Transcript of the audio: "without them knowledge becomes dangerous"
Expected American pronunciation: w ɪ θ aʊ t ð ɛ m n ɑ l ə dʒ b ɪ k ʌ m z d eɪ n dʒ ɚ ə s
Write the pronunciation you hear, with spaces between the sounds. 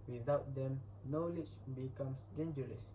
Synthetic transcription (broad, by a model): w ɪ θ aʊ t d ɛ m n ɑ l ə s b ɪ k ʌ m s d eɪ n dʒ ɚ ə s